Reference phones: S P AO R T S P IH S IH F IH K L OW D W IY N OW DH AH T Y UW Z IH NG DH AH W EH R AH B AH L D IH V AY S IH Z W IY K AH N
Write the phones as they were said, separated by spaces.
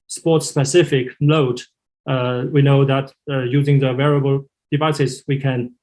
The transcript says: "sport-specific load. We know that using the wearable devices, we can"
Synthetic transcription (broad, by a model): S P AO R T S P IH S IH F IH K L OW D W IY N OW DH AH T Y UW Z IH NG DH AH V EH R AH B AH L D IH V AY S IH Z W IY K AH N